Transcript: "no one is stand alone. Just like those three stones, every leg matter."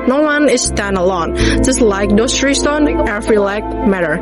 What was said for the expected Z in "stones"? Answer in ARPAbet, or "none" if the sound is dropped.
none